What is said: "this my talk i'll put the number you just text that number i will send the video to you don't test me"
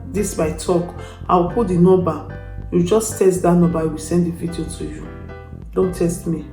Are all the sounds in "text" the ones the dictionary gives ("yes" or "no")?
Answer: no